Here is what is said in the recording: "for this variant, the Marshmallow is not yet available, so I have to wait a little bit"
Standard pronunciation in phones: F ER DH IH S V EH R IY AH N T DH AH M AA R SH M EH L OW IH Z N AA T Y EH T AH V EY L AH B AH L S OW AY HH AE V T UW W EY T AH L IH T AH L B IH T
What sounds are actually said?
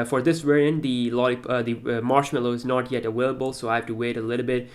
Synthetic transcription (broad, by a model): F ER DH IH S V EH R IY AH N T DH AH M AA R SH M EH L OW IH Z N AA T Y EH T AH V EY L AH B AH L S OW AY HH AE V T UW W EY T AH L IH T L B IH T